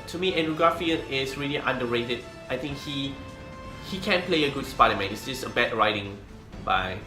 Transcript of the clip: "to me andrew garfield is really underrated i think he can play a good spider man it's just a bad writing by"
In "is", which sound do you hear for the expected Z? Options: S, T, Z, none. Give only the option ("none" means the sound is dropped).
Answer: S